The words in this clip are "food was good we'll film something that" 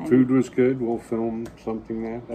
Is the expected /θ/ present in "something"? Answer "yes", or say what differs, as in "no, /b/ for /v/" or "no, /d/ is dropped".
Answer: yes